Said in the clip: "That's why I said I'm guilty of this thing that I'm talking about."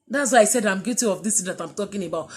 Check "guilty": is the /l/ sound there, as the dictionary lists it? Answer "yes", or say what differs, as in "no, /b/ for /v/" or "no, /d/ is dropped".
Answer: no, /l/ is dropped